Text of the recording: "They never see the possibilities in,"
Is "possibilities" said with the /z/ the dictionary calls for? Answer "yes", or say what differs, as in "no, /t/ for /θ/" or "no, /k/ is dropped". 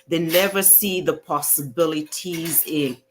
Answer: yes